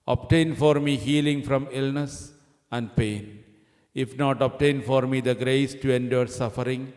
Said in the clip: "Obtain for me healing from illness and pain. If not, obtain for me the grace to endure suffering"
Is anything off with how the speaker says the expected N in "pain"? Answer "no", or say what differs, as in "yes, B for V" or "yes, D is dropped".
no